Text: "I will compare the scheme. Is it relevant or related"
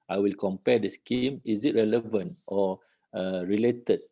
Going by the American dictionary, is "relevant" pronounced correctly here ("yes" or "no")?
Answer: yes